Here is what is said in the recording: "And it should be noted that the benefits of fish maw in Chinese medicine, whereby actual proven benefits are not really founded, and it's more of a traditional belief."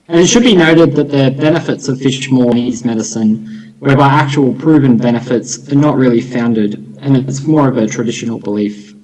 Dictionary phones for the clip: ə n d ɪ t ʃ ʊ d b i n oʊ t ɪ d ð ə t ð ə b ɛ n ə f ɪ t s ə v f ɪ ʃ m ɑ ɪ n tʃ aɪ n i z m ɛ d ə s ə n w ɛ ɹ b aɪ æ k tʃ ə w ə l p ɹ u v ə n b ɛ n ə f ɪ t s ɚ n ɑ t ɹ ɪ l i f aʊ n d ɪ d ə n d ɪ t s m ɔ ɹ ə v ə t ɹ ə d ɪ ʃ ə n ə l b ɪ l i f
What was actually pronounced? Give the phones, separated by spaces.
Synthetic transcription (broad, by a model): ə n ɪ t ʃ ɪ d b i n oʊ t ɪ d ð ə t ð ə b ɛ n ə f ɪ t s ə v f ɪ ʃ m ɑ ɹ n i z m ɛ d ə s ə n w ɛ ɹ b aɪ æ k tʃ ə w l p ɹ u v ə n b ɛ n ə f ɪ t s ɚ n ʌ t ɹ ɪ l i f aʊ n d ɪ d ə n ɪ t s m ɔ ɹ ə v ə t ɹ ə d ɪ ʃ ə n l b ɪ l i f